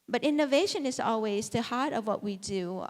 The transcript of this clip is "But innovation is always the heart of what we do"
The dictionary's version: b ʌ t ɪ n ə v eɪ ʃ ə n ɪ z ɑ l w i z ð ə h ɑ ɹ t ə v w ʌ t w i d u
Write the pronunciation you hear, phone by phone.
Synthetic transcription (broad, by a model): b ʌ t ɪ n ə v eɪ ʃ ə n ɪ z ɑ l w i z ð ə h ɑ ɹ t ə v w ʌ t w i d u